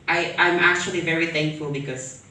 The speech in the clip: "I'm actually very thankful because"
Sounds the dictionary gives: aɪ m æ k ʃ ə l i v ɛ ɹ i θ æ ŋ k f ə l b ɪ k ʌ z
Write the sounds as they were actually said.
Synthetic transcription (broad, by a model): aɪ m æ k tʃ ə l i v ɛ ɹ i θ æ ŋ k f ə l b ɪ k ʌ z